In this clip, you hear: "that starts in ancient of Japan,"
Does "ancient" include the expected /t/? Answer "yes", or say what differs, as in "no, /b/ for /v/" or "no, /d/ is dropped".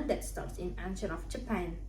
no, /t/ is dropped